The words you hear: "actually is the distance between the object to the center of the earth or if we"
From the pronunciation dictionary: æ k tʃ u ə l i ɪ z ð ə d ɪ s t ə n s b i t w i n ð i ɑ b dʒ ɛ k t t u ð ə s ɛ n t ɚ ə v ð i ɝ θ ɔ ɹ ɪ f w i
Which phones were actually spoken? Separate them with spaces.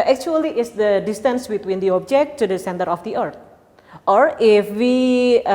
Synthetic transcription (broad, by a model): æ k tʃ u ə l i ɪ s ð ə d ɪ s t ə n s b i t w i n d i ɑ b dʒ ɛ k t t u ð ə s ɛ n t ɚ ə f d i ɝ t ɔ ɹ ɪ f w i